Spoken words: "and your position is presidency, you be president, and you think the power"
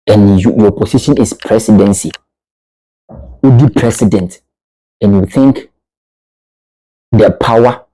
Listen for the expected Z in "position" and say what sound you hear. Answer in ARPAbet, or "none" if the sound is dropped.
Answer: S